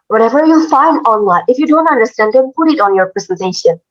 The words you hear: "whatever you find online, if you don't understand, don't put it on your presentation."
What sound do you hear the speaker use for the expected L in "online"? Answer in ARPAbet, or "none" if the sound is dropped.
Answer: W